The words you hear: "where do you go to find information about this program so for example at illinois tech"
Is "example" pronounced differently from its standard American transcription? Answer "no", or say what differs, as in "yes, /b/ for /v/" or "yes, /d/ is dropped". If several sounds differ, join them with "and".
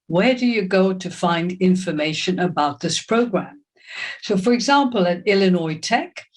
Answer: no